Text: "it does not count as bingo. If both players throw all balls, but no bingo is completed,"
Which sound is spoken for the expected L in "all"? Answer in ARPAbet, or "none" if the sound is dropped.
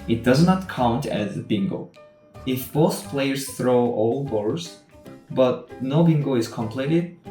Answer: L